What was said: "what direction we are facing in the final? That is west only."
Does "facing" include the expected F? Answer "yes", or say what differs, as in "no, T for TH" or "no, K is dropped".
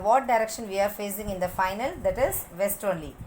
yes